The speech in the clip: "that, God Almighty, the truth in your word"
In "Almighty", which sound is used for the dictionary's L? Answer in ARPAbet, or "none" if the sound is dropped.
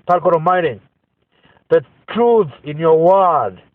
none